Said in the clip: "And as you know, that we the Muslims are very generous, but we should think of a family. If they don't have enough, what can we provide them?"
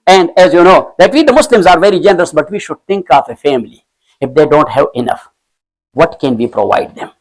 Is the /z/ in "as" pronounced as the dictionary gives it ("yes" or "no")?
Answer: yes